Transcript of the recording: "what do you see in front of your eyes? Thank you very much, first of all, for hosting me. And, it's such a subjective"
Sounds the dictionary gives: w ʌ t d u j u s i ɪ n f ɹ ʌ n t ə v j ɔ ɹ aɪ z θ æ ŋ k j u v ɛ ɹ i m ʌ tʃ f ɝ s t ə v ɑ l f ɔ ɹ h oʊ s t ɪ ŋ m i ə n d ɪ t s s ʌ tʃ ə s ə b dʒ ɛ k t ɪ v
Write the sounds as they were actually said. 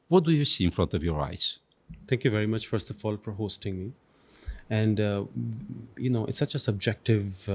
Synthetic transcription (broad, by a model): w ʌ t d u j u s i ɪ n f ɹ ʌ n t ə v j ɔ ɹ aɪ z t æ ŋ k j u v ɛ ɹ i m ʌ tʃ f ɝ s t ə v ɑ l f ɔ ɹ h oʊ s t ɪ ŋ m i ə n d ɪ t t s ʌ tʃ ə s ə b dʒ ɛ k t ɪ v